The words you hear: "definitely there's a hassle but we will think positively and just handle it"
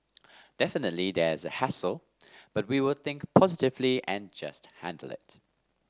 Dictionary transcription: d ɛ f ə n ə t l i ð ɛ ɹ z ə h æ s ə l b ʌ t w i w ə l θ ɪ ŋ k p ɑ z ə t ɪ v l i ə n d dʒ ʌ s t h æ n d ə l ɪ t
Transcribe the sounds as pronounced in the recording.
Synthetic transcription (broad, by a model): d ɛ f ə n ə t l i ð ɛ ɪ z ə h æ s ə l b ʌ t w i w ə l θ ɪ ŋ k p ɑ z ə t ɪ v l i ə n dʒ ʌ s t h æ n d ə l ɪ t